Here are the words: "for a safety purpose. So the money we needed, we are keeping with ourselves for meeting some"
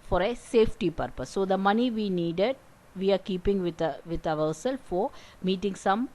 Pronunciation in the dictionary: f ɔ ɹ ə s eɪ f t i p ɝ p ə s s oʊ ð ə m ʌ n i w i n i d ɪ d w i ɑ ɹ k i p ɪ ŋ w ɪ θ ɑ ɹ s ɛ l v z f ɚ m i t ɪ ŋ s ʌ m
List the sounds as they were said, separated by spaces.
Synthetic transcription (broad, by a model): f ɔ ɹ ə s eɪ f t i p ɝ p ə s s oʊ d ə m ʌ n i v i n i d ɪ d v i ɑ ɹ k i p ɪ ŋ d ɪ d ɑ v s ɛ l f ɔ m i t ɪ ŋ s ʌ m